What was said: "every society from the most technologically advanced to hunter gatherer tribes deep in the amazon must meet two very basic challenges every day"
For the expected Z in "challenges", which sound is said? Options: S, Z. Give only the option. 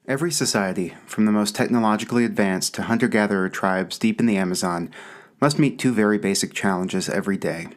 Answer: Z